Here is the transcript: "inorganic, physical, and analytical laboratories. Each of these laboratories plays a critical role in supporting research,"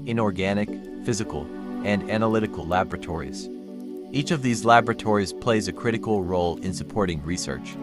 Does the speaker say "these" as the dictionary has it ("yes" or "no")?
yes